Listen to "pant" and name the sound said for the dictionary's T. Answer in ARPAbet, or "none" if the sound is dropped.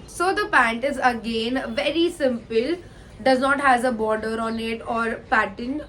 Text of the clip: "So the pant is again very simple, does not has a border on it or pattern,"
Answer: T